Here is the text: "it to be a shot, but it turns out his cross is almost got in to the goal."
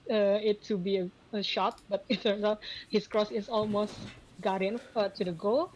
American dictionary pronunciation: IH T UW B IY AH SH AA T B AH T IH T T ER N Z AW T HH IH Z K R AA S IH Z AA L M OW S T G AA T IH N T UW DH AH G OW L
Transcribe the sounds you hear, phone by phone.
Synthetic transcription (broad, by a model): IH T UW B IY AH SH AA T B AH T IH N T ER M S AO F HH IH S K R AA S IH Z AA L M OW S T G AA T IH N T UW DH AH G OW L